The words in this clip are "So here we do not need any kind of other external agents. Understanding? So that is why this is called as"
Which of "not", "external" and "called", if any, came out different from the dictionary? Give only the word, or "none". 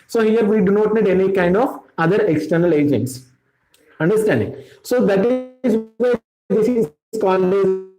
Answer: called